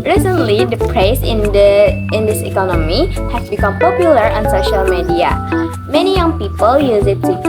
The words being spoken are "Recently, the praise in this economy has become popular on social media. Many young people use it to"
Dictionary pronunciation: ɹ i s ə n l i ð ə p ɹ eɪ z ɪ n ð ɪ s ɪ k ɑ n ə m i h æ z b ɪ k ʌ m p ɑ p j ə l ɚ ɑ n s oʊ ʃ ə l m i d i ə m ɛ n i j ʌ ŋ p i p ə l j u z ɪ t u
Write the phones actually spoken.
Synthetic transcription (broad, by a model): ɹ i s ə n l i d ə p ɹ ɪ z ɪ n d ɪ s ɪ k ɑ n ə m i h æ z b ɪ k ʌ m p ɑ p j ə l ɚ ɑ n s oʊ ʃ ə l m i d i ə m ɛ n i j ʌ ŋ p i p ə l j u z ɪ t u